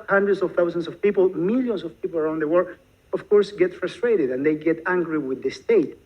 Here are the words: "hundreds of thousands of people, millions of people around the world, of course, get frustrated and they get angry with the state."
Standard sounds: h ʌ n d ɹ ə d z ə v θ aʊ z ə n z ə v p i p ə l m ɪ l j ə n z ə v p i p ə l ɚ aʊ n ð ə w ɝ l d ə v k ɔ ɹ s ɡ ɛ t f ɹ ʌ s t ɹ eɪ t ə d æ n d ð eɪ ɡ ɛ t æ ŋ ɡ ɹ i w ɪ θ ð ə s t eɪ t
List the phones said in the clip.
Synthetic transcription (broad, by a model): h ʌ n d ɹ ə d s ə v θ aʊ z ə n s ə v p i p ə l m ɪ l j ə n s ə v p i p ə l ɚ aʊ n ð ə w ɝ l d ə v k ɔ ɹ s ɡ ɛ t f ɹ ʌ s t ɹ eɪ t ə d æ n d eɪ ɡ ɛ t æ ŋ ɡ ɹ i w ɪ ð ə s t eɪ t